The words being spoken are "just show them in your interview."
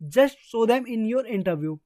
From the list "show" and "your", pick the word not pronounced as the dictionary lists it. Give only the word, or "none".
show